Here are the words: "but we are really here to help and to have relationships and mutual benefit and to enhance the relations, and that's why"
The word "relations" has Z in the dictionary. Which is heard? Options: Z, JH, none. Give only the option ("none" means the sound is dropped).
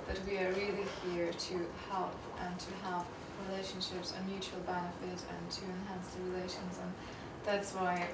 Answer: Z